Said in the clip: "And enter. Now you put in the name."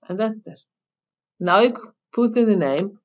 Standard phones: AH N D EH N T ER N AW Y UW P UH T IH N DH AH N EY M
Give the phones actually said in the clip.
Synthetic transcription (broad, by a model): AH N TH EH T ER N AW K P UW T IH N DH AH N EY M